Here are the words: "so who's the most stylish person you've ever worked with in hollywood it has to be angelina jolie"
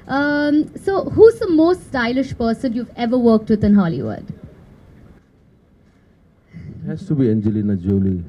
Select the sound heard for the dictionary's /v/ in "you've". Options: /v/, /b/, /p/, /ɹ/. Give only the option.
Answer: /v/